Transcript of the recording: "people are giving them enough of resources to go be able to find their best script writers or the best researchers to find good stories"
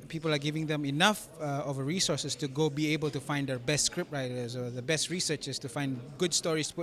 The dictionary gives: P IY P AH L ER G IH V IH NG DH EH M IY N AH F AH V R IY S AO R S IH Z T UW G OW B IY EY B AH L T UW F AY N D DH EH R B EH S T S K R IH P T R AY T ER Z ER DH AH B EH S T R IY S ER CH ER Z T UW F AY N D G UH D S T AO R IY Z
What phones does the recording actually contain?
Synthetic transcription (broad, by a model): P IY P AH L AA G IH V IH NG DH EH M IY N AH F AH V R IY S AO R S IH S T UW G OW B IY EY B AH L T UW F AY N D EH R B EH S T S K R IH P T R AY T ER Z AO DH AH B EH S T R IY S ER CH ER S T UW F AY N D G UH D S T AO R IY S